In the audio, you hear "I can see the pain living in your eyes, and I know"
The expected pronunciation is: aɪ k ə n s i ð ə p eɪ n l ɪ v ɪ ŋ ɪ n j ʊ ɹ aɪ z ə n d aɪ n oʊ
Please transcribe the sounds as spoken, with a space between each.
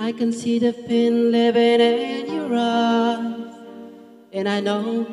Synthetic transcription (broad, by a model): aɪ k ə n s i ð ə f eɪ n l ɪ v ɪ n ɪ n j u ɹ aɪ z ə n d aɪ n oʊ